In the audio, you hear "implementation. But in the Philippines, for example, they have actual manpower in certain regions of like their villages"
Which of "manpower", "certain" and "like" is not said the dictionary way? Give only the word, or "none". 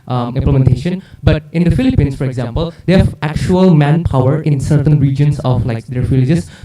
none